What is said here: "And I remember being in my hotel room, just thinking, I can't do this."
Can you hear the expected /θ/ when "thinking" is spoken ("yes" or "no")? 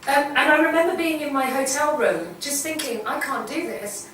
yes